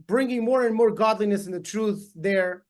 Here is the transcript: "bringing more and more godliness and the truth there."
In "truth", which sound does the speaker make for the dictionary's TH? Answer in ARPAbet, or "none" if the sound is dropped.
TH